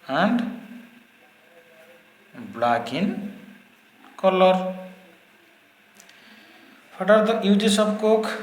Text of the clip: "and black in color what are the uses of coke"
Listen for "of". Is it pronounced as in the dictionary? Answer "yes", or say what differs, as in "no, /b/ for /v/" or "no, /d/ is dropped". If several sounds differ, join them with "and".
no, /b/ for /v/